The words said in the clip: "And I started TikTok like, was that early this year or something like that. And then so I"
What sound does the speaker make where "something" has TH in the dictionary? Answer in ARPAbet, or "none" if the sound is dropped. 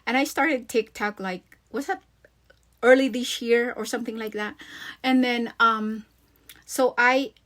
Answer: TH